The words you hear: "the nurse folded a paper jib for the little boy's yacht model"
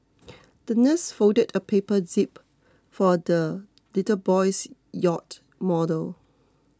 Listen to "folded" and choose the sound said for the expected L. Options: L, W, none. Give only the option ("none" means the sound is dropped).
none